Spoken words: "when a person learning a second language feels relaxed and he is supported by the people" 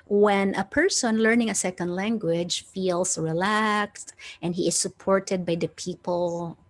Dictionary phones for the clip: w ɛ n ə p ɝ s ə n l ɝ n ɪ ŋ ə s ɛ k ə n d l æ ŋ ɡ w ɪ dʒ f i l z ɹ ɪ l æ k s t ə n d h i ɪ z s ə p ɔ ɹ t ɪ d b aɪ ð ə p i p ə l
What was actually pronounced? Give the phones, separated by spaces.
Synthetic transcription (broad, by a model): w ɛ n ə p ɝ s ə n l ɝ n ɪ ŋ ə s ɛ k ə n d l æ ŋ ɡ w ɪ dʒ f i l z ɹ ɪ l æ k s t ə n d h i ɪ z s ə p ɔ ɹ t ɪ d b aɪ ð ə p i p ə l